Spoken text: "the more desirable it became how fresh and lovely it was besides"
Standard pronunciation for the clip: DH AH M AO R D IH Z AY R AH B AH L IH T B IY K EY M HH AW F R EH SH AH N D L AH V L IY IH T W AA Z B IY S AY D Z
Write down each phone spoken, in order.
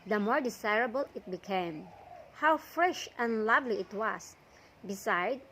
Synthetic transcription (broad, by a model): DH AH M AO R D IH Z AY R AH B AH L IH T B IY K EY M HH AW F R EH SH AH N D L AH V L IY IH T W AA S B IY S AY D